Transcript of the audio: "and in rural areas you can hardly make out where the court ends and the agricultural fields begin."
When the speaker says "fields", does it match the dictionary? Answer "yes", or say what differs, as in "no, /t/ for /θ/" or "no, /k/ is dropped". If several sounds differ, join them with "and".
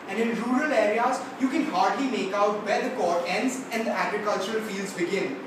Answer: yes